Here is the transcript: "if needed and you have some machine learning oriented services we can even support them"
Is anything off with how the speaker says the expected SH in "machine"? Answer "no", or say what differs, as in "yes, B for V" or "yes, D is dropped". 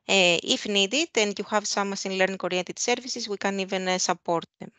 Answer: yes, S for SH